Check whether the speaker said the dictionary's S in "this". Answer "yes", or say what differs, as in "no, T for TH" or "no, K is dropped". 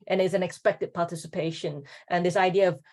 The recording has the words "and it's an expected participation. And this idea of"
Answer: yes